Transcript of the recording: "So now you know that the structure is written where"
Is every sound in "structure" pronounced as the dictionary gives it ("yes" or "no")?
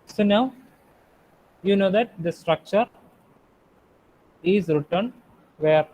yes